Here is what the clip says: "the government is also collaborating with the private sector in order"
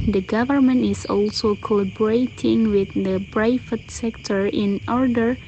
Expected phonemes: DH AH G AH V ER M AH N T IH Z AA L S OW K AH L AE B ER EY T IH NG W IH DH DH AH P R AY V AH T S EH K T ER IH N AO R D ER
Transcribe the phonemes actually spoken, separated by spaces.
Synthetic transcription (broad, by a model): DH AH G AH V ER M AH N T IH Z AA L S OW K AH L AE B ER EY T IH NG W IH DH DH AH B R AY F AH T S EH K T ER IH N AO R D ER